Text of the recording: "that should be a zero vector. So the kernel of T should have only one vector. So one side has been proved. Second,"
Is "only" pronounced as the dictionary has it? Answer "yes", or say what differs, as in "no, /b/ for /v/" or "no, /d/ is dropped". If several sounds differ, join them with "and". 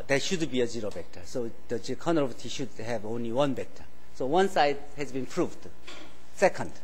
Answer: yes